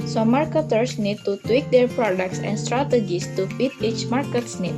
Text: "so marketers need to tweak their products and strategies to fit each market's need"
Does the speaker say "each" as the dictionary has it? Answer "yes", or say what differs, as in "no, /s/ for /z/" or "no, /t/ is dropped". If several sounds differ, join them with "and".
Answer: yes